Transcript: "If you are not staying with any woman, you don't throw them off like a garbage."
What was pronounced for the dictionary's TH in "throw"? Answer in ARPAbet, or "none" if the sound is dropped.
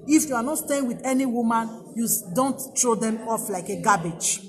T